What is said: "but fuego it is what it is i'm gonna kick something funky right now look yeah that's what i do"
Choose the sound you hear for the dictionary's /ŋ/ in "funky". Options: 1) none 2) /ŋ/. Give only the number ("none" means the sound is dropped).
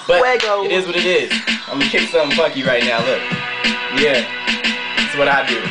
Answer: 1